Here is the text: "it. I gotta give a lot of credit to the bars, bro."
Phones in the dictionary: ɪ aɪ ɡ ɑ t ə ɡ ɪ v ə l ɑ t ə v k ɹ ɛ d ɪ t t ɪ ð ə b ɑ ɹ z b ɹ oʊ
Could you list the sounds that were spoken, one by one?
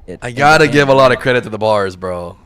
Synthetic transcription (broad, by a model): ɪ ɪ ɡ ɑ t ə ɡ ɪ v ə l ɑ t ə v k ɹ ɛ d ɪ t t ɪ ð ə b ɑ ɹ z b ɹ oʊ